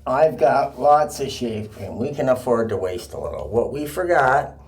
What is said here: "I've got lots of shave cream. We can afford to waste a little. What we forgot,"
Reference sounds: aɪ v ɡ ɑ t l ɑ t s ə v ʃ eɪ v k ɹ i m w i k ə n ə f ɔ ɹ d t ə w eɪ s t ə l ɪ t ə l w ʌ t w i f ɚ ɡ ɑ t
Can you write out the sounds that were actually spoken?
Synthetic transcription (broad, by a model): aɪ v ɡ ɑ t l ɑ t s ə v ʃ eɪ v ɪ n w i k ə n ə f ɔ ɹ d t ə w eɪ s t ə l ɪ t l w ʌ t w i f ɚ ɡ ɑ t